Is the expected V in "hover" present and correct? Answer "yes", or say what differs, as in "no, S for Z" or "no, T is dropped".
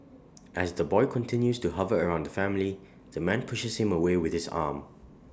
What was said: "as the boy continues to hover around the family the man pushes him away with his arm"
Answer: yes